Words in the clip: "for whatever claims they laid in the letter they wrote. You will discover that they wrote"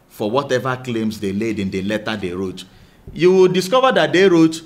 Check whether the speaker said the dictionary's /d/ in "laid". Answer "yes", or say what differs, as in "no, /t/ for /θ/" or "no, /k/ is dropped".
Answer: yes